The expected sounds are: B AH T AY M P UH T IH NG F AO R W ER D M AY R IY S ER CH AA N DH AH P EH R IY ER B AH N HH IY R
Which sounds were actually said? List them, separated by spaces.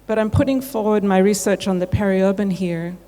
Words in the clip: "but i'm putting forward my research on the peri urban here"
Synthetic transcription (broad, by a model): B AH T AY M P UH T IH NG F AO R W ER D M AY R IY S ER CH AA N DH AH P EH R IY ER B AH N HH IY R